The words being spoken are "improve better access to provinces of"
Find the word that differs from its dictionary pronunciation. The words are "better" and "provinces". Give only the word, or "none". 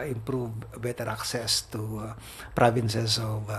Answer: provinces